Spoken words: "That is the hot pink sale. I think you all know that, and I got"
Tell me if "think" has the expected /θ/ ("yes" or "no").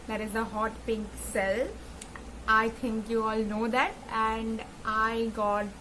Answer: no